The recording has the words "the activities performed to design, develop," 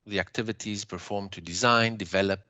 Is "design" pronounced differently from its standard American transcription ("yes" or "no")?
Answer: no